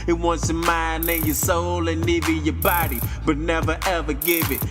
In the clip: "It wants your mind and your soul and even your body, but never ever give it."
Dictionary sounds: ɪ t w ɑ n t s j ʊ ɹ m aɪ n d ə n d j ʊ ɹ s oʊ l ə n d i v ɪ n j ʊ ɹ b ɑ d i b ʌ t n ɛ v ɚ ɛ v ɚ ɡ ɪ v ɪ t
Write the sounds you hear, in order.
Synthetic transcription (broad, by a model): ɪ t w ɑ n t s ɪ m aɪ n ə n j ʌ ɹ s oʊ l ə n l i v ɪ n j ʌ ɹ b ɑ d i b ʌ t n ɛ v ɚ ɛ v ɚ ɡ ɪ v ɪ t